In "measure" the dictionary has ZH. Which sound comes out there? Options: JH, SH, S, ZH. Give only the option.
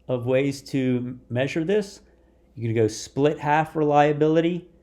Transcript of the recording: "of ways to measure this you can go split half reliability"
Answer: ZH